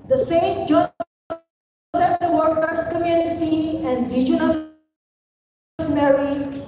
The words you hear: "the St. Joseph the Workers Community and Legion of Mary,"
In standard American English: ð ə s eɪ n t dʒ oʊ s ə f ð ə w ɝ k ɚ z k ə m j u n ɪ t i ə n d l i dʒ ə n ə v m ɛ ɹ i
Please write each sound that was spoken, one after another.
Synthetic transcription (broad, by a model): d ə s eɪ n t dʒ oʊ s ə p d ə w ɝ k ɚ s k ə m j u n ɪ t i ə n d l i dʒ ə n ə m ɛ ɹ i